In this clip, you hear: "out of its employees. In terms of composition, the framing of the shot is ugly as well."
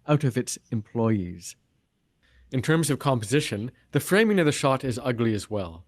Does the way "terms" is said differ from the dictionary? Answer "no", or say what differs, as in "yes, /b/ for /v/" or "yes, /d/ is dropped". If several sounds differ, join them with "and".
no